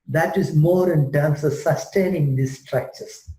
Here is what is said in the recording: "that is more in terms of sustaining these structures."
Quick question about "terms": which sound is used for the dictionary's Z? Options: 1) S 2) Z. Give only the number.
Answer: 1